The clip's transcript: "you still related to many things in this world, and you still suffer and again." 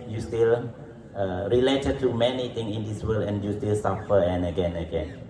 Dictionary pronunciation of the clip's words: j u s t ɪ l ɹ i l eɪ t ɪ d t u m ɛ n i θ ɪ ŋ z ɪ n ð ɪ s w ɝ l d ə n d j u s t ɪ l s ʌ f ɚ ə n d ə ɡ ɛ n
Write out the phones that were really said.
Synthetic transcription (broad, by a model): j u s t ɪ l ɹ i l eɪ t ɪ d t u m ɛ n i t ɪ ŋ ɪ n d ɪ s w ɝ l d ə n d j u s t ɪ l s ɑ f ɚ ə n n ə ɡ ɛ n